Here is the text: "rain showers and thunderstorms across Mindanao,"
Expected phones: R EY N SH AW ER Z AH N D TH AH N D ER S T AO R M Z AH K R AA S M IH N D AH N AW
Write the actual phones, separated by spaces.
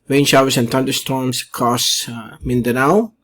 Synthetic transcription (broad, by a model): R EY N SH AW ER S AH N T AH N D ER S T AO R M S K AA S M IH N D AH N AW